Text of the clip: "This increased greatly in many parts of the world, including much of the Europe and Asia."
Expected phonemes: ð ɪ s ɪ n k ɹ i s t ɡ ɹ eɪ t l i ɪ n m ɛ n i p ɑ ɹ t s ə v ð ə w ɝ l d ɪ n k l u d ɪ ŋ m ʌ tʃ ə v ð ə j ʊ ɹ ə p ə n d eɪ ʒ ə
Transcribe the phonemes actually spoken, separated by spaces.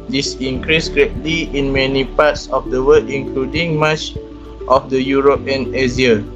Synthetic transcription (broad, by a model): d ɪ s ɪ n k ɹ i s ɡ ɹ eɪ t l i ɪ n m ɛ n i p ɑ t s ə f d ə w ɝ d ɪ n k l u d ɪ ŋ m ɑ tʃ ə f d ə j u ɹ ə p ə n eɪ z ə